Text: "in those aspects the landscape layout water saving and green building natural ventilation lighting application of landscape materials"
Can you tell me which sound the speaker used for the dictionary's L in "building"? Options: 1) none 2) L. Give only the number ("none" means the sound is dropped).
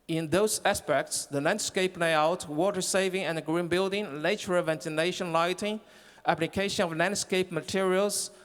2